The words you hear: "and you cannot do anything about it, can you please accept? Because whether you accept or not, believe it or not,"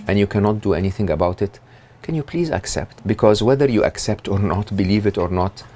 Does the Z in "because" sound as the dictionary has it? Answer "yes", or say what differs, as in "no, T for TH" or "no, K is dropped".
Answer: yes